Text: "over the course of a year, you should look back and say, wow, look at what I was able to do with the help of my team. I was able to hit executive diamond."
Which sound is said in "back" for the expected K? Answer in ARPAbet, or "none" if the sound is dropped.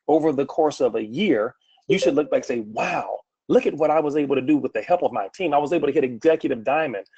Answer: none